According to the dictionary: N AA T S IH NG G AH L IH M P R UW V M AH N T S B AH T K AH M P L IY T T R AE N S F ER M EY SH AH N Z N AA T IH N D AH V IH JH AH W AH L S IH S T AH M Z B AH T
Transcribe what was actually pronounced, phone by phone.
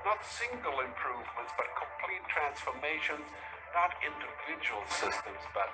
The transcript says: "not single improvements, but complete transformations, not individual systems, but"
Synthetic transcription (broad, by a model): N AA T S IH NG G AH L IH M P R UW V M AH N T S B AH T K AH M P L IY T T R AE N S F ER M EY SH AH N Z N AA T IH N D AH V IH JH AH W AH L S IH S T AH M Z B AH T